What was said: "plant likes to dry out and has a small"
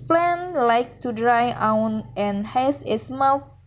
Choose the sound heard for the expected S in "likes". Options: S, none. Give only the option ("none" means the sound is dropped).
none